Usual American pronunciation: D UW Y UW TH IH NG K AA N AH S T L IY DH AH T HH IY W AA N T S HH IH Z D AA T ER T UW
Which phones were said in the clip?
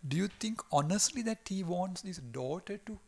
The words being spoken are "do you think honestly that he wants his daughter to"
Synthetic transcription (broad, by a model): D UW Y UW T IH NG K AA N AH S T L IY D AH T HH IY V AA N T S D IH S D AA T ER T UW